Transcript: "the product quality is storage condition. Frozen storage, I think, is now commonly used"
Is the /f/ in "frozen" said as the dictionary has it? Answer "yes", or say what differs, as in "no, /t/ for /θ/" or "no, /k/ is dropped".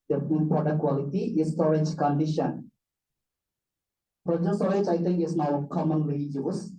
no, /p/ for /f/